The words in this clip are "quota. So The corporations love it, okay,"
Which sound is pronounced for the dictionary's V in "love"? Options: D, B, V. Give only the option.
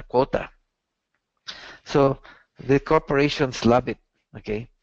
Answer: B